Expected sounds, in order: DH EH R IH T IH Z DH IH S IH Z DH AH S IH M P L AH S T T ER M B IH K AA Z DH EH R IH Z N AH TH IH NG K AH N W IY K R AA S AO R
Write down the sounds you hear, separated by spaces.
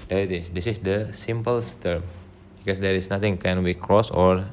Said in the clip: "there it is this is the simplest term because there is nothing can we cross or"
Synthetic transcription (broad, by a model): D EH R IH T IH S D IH S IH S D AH S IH M P AH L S T ER M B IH K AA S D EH R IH S N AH T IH NG K AH N W IY K R AA S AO R